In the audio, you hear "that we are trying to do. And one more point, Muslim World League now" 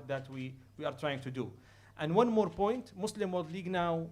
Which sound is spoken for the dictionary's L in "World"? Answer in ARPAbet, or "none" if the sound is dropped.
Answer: none